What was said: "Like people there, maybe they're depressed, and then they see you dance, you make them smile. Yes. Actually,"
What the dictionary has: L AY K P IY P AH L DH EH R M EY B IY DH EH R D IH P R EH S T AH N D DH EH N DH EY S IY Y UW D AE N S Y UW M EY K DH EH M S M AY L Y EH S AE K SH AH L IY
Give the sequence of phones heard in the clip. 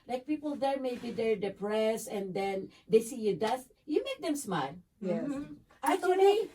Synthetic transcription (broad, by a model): L AY K P IY P AH L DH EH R M EY B IY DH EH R D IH P R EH S AH N D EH N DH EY S IY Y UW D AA S Y UW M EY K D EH M S M AY L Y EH AA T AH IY